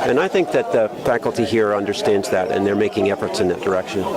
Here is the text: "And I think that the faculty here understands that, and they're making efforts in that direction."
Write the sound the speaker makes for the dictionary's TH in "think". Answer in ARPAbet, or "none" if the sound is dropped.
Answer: TH